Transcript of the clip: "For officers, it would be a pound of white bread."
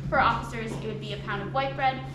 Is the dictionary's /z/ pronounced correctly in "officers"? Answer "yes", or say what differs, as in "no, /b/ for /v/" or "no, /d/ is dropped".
yes